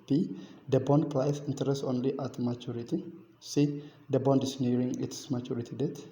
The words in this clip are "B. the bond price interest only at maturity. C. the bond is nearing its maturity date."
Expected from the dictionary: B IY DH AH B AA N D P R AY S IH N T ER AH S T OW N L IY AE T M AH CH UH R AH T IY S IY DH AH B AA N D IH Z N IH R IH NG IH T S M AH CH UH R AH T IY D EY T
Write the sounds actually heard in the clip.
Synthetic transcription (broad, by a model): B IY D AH B AA N D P L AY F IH N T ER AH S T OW N L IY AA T M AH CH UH R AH T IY S IY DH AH B AA N D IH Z N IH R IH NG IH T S M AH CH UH R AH T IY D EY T